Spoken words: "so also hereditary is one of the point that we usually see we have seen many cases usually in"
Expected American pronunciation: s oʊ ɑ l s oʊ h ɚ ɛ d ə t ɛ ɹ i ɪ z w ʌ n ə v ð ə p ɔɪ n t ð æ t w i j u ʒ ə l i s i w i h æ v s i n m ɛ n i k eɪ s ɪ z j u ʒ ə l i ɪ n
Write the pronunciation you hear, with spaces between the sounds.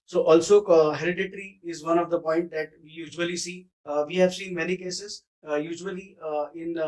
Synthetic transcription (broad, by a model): s oʊ ɑ l s oʊ h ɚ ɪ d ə t ɹ i ɪ z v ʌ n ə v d ə p ɔɪ n t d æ t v i j u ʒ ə l i s i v i h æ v s i n m ɛ n i k eɪ s ɪ z j u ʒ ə l i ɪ n